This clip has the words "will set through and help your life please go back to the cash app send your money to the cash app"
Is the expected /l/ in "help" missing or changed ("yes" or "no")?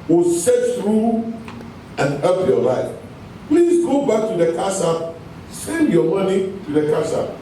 yes